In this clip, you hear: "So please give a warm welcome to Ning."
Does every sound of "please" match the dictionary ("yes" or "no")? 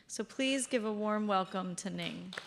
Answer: yes